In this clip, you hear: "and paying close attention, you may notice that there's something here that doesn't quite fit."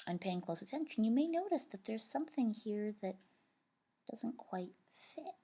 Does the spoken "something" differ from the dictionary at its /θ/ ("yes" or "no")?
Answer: no